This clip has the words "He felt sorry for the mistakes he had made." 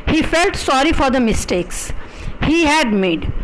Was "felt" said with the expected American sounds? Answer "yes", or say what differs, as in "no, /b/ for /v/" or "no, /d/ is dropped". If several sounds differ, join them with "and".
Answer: yes